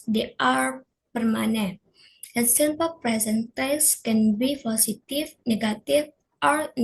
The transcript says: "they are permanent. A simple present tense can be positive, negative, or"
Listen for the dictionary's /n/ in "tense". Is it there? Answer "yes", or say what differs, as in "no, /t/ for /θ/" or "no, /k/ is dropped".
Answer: no, /n/ is dropped